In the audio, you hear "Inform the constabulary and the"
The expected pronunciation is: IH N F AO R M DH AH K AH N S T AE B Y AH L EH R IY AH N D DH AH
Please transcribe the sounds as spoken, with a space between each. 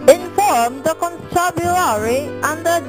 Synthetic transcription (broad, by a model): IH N F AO R M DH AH K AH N T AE B Y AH AA R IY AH N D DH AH